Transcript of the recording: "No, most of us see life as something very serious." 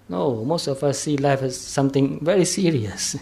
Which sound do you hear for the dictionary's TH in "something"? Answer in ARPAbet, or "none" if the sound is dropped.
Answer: T